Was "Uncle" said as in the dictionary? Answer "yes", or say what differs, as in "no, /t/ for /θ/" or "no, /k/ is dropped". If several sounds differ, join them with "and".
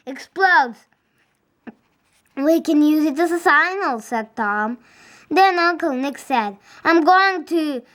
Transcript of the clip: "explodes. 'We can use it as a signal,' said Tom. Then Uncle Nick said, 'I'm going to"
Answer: no, /ŋ/ is dropped